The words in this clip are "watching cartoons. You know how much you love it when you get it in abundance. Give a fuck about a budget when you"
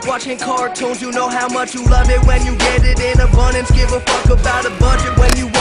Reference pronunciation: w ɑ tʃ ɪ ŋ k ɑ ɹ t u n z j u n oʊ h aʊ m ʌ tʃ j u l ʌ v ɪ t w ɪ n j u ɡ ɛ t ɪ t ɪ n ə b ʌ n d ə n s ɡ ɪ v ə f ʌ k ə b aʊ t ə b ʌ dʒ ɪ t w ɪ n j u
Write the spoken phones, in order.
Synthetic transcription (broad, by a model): w ɑ tʃ ɪ ŋ k ɑ ɹ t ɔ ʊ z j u n oʊ h aʊ m ʌ tʃ j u l ʌ v ɪ t w ɪ n j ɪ ɡ ɛ t ɪ t ɪ n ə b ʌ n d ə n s ɡ ɪ v ə f ʌ k ə b aʊ t ə b ʌ dʒ ɪ t w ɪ n j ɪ